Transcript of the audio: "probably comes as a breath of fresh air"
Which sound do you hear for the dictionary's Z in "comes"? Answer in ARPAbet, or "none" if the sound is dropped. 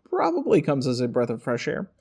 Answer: Z